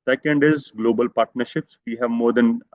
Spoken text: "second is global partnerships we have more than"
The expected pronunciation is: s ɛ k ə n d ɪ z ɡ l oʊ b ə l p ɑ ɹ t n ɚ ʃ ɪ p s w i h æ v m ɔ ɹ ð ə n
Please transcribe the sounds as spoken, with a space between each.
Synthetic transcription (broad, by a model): s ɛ k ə n d ɪ z ɡ l oʊ b ə l p ɑ ɹ t n ɚ ʃ ɪ p s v i h æ v m ɔ ɹ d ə n